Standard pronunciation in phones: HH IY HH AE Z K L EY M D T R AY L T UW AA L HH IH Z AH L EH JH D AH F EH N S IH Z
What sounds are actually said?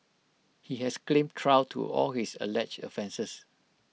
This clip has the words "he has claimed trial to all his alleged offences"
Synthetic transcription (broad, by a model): HH IY HH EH S K L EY M T R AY W T UW AA L HH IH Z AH L EH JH AH F EH N S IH S